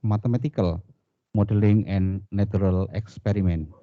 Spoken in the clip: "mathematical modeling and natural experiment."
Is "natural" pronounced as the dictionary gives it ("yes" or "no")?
no